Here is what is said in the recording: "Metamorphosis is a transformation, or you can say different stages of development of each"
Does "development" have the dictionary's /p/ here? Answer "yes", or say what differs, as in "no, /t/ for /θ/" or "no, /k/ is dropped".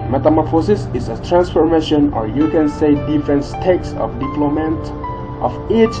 no, /p/ is dropped